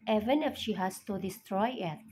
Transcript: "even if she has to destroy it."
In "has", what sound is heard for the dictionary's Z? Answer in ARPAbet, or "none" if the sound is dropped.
S